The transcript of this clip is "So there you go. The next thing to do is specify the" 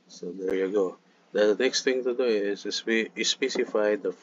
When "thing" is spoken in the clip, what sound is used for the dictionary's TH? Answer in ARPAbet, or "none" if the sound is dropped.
T